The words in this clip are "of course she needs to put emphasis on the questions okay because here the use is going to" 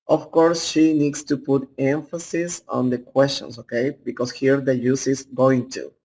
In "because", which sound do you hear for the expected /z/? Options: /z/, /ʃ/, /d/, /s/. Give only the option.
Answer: /s/